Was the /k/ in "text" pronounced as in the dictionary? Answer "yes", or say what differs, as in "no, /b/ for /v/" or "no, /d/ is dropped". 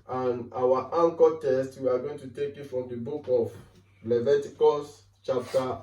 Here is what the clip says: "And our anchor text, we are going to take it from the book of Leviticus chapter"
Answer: no, /k/ is dropped